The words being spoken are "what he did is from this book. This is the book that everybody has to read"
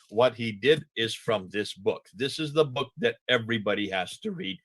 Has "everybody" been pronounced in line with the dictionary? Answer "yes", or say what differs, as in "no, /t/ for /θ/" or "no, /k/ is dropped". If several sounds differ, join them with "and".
yes